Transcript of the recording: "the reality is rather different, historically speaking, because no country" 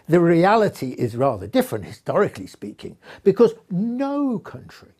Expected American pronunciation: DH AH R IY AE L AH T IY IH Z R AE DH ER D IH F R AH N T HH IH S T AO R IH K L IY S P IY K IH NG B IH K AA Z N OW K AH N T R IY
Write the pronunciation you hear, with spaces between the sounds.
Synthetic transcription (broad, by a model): DH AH R IY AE L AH T IY IH Z R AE DH ER D IH F R AH N T HH IH S T AO R IH K L IY S P IY K IH NG B IH K AA Z N OW K AH N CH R IY